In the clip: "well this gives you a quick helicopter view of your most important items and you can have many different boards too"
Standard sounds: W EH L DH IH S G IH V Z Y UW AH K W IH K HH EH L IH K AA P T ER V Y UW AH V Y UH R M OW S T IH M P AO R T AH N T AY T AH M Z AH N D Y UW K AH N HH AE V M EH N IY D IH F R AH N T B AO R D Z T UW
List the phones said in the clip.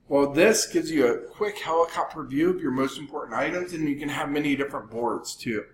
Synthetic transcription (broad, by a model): W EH L DH IH S G IH V Z Y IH AH K W IH K HH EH L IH K AA P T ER V Y UW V Y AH R M OW S T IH M P AO R T N T AY T AH M Z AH N Y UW K AH N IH V M EH N IY D IH F R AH N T B AO R D Z T UW